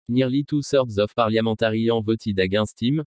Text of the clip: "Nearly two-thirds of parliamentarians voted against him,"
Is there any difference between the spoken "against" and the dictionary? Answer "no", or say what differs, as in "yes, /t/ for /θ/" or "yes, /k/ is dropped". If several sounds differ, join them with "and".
yes, /n/ is dropped